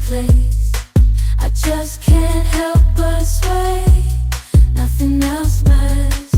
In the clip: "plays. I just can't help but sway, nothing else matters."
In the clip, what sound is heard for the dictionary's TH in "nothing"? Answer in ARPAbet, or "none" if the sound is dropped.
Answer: TH